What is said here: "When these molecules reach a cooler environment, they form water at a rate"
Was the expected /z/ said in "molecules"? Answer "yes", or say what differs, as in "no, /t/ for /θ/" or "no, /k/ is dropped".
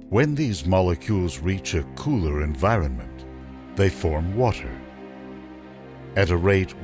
yes